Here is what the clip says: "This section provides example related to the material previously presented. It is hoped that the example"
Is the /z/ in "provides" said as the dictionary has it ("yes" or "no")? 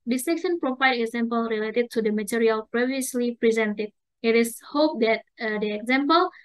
no